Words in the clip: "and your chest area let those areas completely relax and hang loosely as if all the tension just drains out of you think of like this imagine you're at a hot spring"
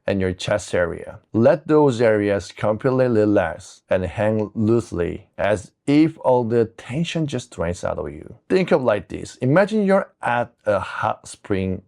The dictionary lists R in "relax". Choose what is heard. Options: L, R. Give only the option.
L